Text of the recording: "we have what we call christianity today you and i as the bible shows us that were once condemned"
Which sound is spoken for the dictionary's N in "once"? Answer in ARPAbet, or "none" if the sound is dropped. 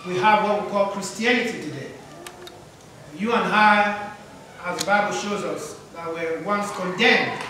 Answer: N